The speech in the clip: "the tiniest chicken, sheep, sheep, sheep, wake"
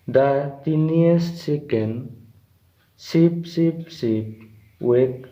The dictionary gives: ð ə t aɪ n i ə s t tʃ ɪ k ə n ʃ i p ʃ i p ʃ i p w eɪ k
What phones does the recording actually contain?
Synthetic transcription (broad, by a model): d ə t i n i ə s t s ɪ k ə n s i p s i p s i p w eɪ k